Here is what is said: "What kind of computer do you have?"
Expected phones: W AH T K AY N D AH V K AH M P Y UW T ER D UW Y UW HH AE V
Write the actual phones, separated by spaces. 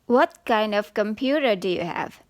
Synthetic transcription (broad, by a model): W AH T K AY N D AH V K AH M P Y UW T ER D UW Y UW HH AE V